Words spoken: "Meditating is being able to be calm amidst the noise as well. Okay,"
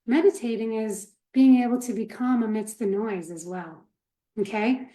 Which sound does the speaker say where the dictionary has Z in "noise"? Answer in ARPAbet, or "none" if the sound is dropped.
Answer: Z